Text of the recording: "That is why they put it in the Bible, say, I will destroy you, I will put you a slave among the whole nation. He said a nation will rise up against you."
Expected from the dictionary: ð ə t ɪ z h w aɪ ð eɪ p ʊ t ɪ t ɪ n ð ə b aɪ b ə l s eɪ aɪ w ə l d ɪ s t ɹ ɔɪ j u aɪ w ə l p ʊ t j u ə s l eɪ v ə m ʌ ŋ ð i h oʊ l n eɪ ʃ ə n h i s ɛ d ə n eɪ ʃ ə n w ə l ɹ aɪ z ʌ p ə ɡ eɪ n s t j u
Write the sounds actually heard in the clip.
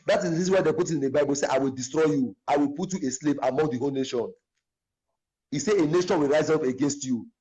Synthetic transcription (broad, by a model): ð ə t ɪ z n w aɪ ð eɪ p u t ɪ t ɪ n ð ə b aɪ b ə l s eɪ aɪ w ə l d ɪ s t ɹ ɔɪ j u aɪ w ə l p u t j u ə s l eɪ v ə m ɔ ŋ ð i h oʊ l n eɪ ʃ ə n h i s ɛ ə n eɪ ʃ ə n w ə l ɹ aɪ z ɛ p ə ɡ eɪ n s t j u